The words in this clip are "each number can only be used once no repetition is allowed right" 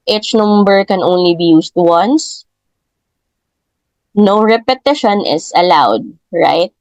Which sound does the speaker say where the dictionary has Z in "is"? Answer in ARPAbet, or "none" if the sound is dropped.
S